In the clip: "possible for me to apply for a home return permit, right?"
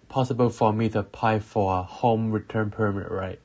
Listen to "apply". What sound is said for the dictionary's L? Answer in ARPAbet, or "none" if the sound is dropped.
none